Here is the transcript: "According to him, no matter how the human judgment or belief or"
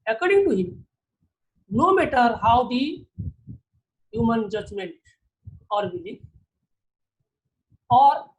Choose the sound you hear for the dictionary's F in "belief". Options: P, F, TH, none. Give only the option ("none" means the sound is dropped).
none